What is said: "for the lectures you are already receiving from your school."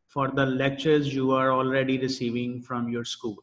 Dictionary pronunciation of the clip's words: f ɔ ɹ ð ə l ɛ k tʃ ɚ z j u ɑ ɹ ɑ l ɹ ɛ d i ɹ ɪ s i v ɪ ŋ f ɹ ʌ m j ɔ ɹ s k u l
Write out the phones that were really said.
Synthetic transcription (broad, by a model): f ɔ ɹ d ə l ɛ k tʃ ɚ z j u ɑ ɹ ɑ l ɹ ɛ d i ɹ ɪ s i v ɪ ŋ f ɹ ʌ m j ɔ ɹ s k u l